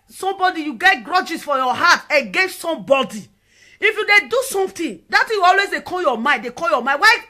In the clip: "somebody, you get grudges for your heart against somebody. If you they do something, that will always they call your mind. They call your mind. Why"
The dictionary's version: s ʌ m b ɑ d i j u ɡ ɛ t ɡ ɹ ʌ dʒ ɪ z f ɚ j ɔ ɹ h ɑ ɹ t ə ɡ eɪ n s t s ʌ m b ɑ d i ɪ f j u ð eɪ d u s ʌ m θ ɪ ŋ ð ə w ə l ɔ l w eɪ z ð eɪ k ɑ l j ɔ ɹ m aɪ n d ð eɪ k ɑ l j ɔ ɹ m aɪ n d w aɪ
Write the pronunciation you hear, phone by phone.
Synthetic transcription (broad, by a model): s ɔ m b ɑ d i j u ɡ ɛ t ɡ ɹ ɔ dʒ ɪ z f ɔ j ɔ h ɑ t ə ɡ eɪ n s t s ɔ m b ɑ d i ɪ f j u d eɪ d u s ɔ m t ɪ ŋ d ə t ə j ɔ l w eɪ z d eɪ k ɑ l j ɔ m aɪ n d eɪ k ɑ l j ɔ m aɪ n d w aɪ